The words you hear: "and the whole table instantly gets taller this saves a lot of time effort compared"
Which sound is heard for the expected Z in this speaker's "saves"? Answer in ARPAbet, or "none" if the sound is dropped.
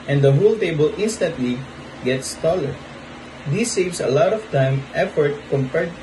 S